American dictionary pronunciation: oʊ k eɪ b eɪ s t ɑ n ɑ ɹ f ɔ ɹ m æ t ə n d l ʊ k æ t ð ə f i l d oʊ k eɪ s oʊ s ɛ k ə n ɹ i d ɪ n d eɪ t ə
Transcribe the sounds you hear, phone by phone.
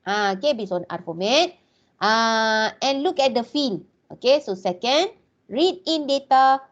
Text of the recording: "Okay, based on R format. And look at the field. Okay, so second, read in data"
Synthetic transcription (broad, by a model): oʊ k eɪ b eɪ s ɑ n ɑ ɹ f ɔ m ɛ t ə n l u k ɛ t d ə f i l oʊ k eɪ s oʊ s ɛ k ə n ɹ i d ɪ n d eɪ t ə